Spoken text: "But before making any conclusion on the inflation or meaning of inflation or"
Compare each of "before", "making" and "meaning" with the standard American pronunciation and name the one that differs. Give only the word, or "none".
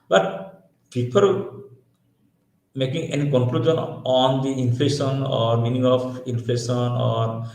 before